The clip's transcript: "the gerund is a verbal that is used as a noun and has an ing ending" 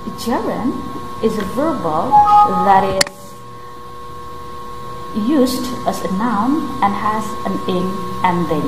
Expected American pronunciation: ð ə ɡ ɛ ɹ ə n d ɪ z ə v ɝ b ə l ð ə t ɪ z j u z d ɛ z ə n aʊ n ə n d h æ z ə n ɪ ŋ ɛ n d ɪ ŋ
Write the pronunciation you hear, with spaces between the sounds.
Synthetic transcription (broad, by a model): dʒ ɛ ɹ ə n ɪ z ə v ɝ b ə l ð ə t ɪ z j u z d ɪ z ə n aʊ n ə n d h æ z ə n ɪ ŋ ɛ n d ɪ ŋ